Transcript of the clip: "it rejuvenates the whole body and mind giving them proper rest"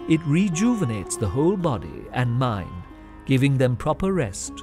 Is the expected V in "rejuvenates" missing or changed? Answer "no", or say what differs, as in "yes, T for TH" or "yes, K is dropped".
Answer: no